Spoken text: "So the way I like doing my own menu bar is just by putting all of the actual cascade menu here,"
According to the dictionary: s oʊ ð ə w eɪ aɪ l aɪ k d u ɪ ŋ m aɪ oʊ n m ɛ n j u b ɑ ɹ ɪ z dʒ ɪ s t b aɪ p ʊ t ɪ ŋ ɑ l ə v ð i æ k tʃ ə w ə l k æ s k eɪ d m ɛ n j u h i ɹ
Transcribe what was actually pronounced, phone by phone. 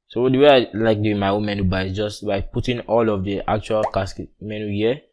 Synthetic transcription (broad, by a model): s oʊ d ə w eɪ aɪ l aɪ k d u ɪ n m aɪ oʊ n m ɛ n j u b ɑ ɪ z dʒ ɪ s t b aɪ p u t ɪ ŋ ɑ l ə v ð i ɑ k tʃ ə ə l k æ s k m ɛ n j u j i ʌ